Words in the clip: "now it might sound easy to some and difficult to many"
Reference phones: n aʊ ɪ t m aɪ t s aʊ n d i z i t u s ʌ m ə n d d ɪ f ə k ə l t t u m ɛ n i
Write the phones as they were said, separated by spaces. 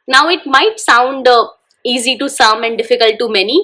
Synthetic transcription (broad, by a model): n aʊ ɪ t m aɪ t s aʊ n d i z i t u s ʌ m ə n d d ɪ f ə k ə l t t u m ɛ n i